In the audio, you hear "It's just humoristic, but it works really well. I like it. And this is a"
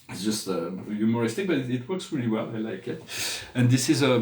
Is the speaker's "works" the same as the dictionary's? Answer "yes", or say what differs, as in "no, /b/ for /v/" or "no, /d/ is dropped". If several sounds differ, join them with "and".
yes